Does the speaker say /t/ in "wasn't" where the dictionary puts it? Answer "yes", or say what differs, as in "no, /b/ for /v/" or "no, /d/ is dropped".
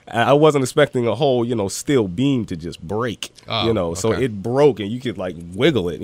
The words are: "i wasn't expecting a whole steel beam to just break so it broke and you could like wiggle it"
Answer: yes